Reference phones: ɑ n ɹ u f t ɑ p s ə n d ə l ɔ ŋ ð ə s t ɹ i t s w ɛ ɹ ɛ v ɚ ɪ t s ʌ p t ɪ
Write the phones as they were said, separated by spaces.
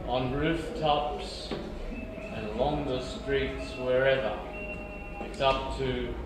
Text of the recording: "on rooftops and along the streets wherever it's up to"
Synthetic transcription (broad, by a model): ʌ n ɹ u f t ɑ p s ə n ə l ɔ ŋ ð ə s t ɹ i t s w ɛ ɹ ɛ v ɚ ɪ t s ʌ p t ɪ